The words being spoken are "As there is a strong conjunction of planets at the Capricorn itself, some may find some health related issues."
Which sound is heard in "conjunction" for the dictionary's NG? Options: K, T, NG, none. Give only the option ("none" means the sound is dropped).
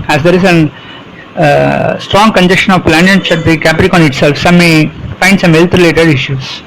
none